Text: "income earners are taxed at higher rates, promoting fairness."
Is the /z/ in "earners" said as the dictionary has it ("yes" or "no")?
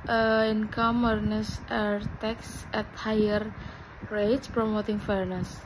no